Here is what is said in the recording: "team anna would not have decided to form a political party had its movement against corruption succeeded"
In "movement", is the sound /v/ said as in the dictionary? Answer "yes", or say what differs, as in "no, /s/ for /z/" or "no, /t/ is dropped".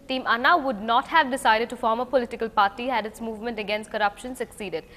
yes